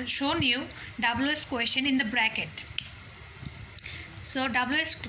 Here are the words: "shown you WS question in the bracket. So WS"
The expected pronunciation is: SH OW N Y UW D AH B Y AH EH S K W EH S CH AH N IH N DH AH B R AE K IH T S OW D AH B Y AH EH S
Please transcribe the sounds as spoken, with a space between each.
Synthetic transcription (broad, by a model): SH OW N Y UW D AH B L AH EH S K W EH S SH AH N IH N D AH B R AE K IH T S OW D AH B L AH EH S